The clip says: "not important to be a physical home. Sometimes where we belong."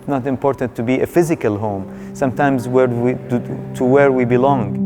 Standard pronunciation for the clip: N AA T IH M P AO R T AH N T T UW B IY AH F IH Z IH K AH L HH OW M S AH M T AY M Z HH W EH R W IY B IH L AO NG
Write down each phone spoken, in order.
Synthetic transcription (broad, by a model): N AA T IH M P AO R T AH N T T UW B IY AH F IH Z IH K AH L HH OW M S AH M T AY M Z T W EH R W IY B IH L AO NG